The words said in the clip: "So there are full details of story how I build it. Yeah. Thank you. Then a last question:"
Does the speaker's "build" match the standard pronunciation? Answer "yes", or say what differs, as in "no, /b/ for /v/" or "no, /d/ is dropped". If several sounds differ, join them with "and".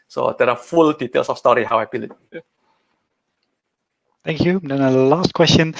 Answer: no, /d/ is dropped